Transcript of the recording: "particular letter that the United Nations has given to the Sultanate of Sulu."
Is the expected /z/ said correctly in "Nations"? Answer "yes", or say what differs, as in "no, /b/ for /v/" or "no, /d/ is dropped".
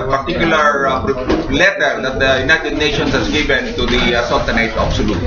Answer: no, /s/ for /z/